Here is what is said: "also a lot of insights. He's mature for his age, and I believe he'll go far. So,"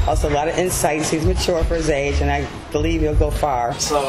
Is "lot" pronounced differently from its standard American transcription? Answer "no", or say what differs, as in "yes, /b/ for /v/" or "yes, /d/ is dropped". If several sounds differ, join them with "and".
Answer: no